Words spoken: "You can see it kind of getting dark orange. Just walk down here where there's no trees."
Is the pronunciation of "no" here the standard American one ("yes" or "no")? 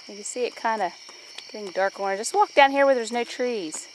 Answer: yes